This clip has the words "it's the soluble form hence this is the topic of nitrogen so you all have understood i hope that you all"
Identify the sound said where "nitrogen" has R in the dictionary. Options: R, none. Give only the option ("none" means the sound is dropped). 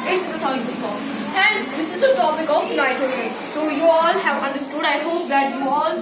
none